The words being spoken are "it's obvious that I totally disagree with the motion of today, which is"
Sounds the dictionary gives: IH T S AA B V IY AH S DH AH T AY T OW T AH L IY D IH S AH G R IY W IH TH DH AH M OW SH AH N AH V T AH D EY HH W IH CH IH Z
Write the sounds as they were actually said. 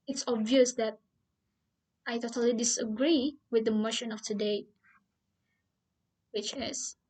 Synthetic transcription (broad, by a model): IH T S AA B V IY AH S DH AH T AY T OW T AH L IY D IH S AH G R IY W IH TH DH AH M OW SH AH N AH F T AH D EY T W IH CH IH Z